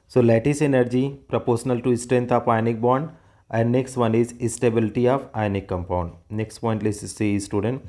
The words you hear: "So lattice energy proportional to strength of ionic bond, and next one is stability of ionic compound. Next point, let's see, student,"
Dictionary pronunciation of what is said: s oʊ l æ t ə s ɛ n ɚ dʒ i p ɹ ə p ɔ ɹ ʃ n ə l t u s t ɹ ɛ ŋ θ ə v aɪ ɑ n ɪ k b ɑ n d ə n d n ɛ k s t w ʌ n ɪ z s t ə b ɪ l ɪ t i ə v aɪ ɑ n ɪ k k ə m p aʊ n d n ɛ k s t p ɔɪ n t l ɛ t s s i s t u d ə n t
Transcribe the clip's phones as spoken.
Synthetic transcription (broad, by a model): s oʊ l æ t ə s ɛ n ɚ dʒ i p ɹ ə p ɔ ɹ ʃ n ə l t u s t ɹ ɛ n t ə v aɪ n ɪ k b ɑ n d ə n d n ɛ k s t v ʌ n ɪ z s t ə b ɪ l ɪ t i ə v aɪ n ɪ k k ə m p aʊ n d n ɛ k s t p ɔɪ n t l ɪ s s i s t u d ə n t